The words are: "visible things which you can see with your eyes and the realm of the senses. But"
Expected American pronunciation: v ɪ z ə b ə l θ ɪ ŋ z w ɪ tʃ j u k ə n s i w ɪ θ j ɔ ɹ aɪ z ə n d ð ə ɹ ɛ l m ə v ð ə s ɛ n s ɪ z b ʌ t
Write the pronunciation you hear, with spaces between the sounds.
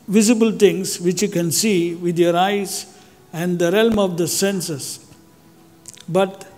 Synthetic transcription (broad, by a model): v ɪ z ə b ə l t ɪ ŋ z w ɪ tʃ j u k ə n s i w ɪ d j ɔ ɹ aɪ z ə n d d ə ɹ ɛ l m ə v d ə s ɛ n s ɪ s b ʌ t